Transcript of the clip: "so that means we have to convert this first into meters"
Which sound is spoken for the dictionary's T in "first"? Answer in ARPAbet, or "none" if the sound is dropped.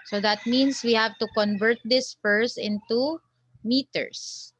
none